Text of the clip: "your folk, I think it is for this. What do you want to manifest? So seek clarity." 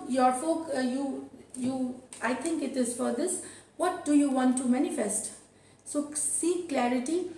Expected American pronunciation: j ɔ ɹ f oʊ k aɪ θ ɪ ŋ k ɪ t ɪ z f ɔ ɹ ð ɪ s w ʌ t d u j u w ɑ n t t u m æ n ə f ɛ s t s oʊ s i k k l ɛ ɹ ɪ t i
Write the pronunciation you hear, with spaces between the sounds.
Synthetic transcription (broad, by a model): j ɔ ɹ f oʊ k aɪ t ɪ ŋ k ɪ t ɪ z f ɔ ɹ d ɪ s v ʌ t d u j u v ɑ n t t u m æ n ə f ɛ s t s oʊ s i k k l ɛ ɹ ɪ t i